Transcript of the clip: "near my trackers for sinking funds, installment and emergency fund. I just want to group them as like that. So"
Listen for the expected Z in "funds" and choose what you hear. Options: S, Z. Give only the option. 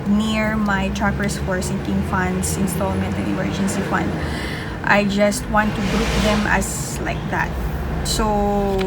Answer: S